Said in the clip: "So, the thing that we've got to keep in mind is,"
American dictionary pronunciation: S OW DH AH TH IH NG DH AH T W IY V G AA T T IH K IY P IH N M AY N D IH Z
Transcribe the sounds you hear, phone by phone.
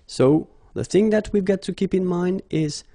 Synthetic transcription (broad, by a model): S OW DH AH TH IH NG DH AH T W IY V G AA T T IH K IY P IH N M AY N D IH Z